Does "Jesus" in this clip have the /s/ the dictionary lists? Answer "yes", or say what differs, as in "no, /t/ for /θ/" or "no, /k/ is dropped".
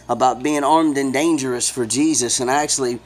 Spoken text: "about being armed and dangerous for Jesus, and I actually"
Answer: yes